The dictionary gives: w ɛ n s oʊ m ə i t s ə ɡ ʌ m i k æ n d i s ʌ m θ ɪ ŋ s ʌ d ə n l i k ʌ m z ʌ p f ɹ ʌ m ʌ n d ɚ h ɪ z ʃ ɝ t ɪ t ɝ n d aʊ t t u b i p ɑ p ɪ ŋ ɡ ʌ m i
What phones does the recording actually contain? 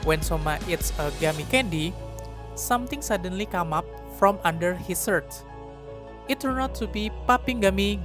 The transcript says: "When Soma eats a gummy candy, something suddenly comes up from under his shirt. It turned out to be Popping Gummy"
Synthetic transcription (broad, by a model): w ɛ n s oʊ m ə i t s ə ɡ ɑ m i k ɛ n d i s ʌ m t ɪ ŋ s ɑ d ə n l i k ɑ m ɑ p f ɹ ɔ m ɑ n d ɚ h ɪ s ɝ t ɪ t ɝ n ɔ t t u b i p ɑ p ɪ ŋ ɡ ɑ m i